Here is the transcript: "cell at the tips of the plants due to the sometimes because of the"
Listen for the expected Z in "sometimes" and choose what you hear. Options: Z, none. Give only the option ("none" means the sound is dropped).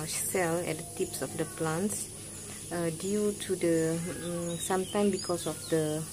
none